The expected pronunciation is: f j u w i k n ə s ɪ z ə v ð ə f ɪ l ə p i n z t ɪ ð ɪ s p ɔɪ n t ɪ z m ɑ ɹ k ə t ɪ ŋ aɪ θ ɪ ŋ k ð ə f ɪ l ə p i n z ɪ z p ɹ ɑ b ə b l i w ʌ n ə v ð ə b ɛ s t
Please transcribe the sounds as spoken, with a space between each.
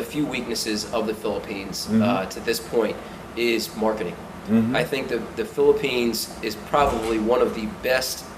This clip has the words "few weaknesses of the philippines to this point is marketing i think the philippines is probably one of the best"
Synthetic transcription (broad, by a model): f j u w i k n ə s ɪ z ə v ð ə f ɪ l ə p i n z t ɪ ð ɪ s p ɔɪ n t ɪ z m ɑ ɹ k ə t ɪ ŋ aɪ θ ɪ ŋ k ð ə f ɪ l ə p i n z ɪ z p ɹ ɑ b ə b l i w ʌ n ə v ð ə b ɛ s t